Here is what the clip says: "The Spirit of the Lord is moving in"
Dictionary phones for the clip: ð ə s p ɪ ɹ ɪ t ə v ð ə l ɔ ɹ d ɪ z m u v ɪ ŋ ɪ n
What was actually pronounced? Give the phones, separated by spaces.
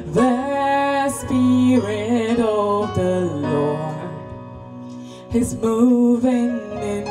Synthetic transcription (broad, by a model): ð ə s p ɪ ɹ ɪ t ə v ð ə l ɔ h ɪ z m u v ɪ ŋ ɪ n